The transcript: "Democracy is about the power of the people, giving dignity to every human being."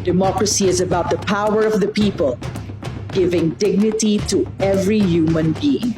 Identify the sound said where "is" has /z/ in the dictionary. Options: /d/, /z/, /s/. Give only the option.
/z/